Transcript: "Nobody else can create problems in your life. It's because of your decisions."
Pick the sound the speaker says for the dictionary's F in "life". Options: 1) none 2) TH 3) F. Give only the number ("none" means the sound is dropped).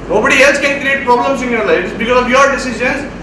1